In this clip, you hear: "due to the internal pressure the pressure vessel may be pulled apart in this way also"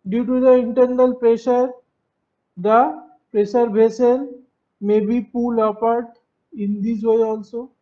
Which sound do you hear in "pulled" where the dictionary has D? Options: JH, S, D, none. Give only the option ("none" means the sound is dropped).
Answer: none